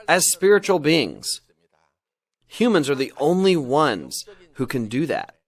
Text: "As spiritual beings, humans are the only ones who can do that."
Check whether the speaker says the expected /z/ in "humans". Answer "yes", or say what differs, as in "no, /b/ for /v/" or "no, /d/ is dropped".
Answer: yes